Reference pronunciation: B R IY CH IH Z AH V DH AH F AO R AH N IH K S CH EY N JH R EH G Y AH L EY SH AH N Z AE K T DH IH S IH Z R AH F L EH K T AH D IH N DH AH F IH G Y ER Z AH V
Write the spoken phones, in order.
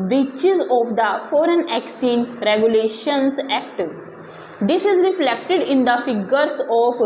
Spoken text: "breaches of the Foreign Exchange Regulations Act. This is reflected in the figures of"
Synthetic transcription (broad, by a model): B R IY CH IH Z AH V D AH F AO R AH N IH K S EY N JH R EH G Y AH L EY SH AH N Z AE K T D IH S IH Z R AH F L EH K T AH D IH N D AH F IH G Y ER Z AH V